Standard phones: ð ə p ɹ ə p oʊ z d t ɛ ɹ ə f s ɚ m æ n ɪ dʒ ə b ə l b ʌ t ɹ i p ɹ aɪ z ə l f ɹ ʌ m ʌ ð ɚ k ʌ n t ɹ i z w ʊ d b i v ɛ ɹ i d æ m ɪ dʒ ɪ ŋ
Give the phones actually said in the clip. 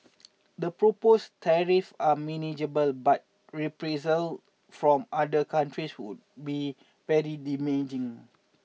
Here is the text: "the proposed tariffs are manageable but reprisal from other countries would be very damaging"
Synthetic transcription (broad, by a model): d ə p ɹ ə p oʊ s t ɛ ɹ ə f ɑ m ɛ n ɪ dʒ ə b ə l b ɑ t ɹ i p ɹ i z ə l f ɹ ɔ m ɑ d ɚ k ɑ n t ɹ i s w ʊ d b i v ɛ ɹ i d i m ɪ dʒ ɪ ŋ